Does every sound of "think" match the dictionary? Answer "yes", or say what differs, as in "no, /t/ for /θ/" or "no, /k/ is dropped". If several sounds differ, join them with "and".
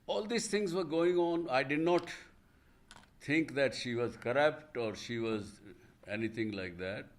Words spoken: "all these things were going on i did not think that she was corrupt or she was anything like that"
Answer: no, /t/ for /θ/